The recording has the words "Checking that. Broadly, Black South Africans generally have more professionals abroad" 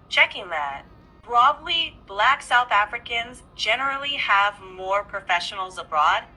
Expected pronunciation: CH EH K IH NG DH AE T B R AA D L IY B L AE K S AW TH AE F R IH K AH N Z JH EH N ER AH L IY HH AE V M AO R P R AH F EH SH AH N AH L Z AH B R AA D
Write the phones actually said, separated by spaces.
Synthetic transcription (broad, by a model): CH EH K IH NG DH AE T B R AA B L IY B L AE K S AW TH AE F R IH K AH N Z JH EH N ER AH L IY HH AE V M AO R P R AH F EH SH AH N L Z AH B R AA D